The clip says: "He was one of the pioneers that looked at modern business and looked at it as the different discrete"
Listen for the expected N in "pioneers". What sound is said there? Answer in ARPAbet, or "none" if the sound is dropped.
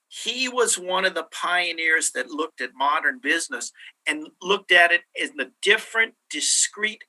N